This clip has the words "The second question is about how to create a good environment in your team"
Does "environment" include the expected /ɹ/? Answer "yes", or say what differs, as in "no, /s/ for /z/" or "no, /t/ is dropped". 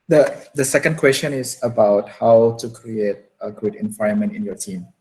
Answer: no, /ɹ/ is dropped